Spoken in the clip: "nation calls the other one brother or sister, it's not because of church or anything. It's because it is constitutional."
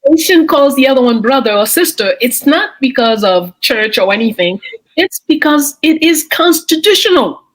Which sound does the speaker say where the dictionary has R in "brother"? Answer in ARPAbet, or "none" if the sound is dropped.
R